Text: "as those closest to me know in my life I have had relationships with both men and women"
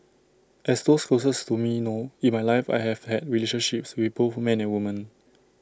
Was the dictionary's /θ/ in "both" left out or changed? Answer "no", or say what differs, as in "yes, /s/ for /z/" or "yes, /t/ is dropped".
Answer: yes, /f/ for /θ/